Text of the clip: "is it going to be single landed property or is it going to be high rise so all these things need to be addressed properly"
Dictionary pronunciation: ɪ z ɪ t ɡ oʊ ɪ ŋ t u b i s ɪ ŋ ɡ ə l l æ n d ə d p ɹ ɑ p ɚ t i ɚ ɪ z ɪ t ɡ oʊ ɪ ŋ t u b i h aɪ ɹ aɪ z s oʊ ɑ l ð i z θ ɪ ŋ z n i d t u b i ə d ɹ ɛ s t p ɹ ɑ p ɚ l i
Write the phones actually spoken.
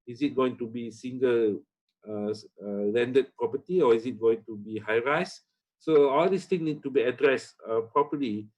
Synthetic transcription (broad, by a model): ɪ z ɪ t ɡ oʊ ɪ ŋ t u b i s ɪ ŋ ɡ ə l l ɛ n d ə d p ɹ ɑ p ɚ t i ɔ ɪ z ɪ t ɡ oʊ ɪ ŋ t u b i h aɪ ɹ aɪ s s oʊ ɑ l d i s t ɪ ŋ n i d t u b i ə d ɹ ɛ s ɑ p ɹ ɑ p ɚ l i